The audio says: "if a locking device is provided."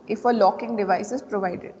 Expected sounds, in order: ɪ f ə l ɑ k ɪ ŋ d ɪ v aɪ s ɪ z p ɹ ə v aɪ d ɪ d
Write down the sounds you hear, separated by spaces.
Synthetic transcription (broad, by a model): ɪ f ə l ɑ k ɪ ŋ d ɪ v aɪ s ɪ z p ɹ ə v aɪ d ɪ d